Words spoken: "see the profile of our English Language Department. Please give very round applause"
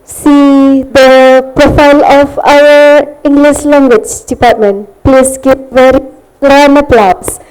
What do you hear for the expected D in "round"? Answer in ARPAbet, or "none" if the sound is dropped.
none